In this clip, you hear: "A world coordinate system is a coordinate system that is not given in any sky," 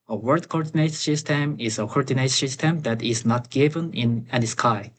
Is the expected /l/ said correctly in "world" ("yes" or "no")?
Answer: no